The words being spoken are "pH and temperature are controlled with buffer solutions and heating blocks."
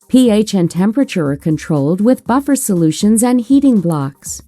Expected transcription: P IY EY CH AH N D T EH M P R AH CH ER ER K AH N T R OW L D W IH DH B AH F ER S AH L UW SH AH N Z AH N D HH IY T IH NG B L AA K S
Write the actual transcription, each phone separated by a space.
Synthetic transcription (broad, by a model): P IY EY CH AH N T EH M P R AH CH ER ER K AH N T R OW L D W IH DH B AH F ER S AH L UW SH AH N Z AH N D HH IY T IH NG B L AA K S